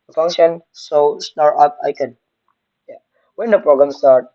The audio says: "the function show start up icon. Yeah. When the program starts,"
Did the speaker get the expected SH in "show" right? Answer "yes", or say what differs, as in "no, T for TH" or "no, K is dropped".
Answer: no, S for SH